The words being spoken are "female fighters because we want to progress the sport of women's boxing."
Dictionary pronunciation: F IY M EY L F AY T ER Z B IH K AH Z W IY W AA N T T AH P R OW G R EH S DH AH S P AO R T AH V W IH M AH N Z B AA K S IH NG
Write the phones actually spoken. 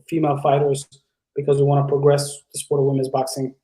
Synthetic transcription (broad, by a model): F IY M EY L F AY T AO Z B IH K AH Z W IY W AA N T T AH P R OW G R EH S DH AH S P AO R T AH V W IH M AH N Z B AA K S IH NG